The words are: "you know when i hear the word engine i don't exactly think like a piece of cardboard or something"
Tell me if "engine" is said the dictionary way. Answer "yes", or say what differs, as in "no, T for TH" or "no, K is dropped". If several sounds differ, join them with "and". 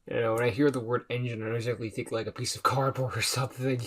yes